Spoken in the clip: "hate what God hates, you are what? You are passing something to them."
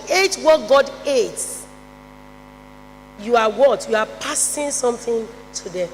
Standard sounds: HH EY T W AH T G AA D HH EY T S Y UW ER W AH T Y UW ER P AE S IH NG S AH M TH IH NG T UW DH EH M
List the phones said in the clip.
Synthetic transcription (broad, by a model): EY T W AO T G AA D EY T Y UW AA W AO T Y UW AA P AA S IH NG S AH M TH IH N T UW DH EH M